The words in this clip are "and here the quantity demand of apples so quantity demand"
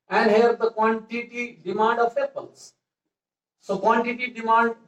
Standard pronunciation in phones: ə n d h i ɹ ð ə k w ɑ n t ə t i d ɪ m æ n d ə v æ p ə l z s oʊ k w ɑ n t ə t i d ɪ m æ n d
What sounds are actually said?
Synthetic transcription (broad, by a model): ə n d h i ɹ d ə k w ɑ n t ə t i d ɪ m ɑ n d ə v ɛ b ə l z s oʊ k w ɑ n t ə t i d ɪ m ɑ n d